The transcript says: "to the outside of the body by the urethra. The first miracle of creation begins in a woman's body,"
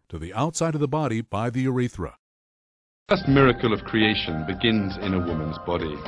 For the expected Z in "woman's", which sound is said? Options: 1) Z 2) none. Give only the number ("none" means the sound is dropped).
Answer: 1